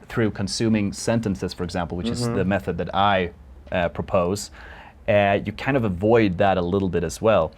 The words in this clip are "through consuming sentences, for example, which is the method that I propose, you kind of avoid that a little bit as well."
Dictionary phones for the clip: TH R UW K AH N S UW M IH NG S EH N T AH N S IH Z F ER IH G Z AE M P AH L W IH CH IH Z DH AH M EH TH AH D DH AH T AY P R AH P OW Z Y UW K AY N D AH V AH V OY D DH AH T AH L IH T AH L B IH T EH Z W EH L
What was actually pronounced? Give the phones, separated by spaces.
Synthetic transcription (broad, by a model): TH R UW K AH N S UW M IH NG S EH N T AH N S IH Z F ER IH G Z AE M P L W IH CH IH Z DH AH M EH TH AH D DH AH T AY P R AH P OW Z Y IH K AY N D AH V AH V OY D DH AH T AH L IH T L B IH T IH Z W EH L